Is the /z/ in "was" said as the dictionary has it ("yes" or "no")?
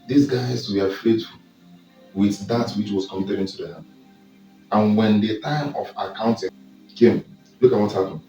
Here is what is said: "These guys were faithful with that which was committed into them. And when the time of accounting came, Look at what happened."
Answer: no